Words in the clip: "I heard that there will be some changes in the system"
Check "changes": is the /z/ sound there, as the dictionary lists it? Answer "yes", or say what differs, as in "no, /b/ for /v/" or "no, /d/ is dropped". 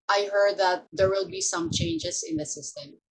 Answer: no, /s/ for /z/